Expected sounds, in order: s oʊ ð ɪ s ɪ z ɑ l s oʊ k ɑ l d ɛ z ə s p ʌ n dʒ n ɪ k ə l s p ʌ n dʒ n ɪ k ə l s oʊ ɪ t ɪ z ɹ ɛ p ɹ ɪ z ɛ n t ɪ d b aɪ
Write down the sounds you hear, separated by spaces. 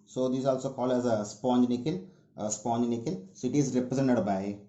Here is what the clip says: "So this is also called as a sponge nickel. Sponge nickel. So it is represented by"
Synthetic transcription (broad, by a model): s oʊ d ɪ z ɑ l s oʊ k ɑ l ɛ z ə s p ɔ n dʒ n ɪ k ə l s p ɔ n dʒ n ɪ k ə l s oʊ ɪ t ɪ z ɹ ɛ p ɹ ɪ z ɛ n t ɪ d b aɪ